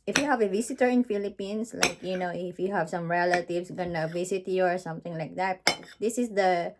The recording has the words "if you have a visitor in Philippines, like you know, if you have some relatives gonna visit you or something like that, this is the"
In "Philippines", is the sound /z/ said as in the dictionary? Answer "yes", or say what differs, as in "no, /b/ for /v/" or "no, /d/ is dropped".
no, /s/ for /z/